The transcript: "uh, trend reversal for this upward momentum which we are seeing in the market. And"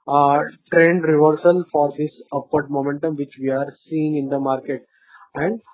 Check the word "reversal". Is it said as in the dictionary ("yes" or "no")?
yes